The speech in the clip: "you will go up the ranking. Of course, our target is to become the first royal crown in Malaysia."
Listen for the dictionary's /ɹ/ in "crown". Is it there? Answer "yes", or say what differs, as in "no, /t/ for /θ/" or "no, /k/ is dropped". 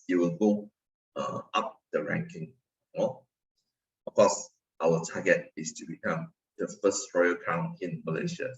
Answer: no, /ɹ/ is dropped